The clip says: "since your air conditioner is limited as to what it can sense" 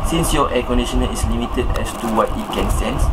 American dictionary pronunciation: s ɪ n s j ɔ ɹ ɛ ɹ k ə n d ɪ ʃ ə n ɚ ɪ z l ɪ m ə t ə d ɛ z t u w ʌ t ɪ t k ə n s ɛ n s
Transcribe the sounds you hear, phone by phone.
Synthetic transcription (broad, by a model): s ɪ n s j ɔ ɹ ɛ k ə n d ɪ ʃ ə n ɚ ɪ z l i m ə t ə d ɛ s t u w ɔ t ɪ t k ə n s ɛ n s